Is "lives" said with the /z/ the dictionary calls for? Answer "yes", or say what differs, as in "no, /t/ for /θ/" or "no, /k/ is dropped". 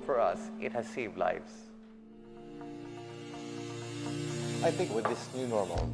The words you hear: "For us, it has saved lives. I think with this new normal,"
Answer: no, /s/ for /z/